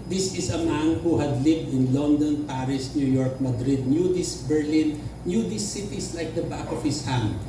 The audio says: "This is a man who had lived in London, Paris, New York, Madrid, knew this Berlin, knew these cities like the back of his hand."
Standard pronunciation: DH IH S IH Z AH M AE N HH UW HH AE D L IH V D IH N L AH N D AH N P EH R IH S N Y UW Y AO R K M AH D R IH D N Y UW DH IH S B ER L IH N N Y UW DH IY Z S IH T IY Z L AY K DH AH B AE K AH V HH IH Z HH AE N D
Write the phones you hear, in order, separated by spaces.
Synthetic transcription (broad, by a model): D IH S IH S AH M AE N HH UW HH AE D L IH V D IH N L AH N D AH N P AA R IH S N Y UW Y AO R K M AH D R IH D N Y UW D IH S B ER L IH N N Y UW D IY S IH T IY S L AY K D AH B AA K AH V HH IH S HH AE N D